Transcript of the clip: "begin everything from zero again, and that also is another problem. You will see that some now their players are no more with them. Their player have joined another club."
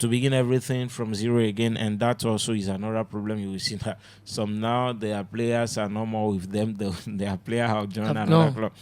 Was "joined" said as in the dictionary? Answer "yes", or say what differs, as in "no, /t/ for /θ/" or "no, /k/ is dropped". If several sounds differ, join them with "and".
no, /d/ is dropped